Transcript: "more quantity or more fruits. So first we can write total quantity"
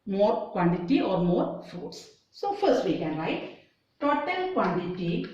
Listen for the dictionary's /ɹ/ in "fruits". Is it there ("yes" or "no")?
no